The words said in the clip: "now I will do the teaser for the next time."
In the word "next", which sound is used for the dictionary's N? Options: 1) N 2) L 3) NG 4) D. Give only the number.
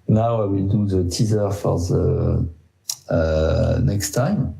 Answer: 1